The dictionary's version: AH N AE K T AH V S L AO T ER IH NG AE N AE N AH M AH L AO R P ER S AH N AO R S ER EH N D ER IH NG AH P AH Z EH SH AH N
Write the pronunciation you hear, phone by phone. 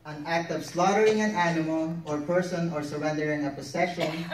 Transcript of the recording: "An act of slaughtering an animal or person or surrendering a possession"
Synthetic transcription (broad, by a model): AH N AE K T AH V S L AO T ER IH NG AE N AE N AH M AH L AO R P ER S AH N AO R S ER EH N D ER IH NG AH P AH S EH SH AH N